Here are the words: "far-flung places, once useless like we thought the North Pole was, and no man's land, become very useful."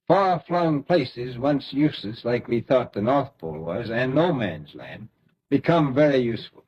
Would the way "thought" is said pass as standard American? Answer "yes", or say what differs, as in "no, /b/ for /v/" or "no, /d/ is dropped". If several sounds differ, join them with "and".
yes